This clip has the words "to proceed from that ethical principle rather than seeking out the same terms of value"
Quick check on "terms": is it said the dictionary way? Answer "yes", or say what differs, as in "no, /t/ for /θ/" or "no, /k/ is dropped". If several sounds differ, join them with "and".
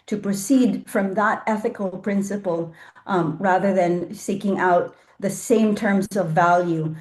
yes